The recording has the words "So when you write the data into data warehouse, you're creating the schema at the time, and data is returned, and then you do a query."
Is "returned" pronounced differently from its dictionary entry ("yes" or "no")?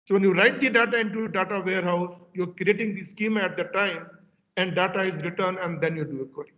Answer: yes